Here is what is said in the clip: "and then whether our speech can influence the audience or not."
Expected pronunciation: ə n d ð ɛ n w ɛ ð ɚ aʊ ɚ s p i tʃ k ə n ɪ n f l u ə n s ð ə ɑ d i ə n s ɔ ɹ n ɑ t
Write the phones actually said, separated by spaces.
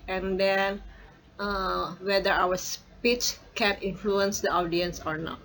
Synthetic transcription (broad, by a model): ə n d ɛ n w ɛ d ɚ aʊ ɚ s p i tʃ k ə n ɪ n f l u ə n s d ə ɑ d i ə n s ɔ ɹ n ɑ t